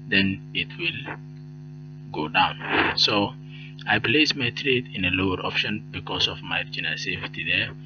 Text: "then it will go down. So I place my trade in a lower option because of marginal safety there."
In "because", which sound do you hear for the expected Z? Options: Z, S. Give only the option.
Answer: S